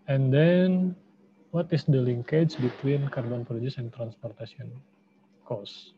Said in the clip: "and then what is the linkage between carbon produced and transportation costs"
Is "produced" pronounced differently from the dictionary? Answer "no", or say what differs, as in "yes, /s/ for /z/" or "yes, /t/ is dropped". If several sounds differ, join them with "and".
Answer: yes, /t/ is dropped